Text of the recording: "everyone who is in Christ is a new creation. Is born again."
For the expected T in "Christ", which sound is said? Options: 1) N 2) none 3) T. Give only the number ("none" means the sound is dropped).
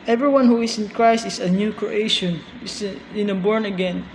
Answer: 3